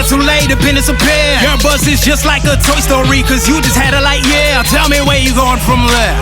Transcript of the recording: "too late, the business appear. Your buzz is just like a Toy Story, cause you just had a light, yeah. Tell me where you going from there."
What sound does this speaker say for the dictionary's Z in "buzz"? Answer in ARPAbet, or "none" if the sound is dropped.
S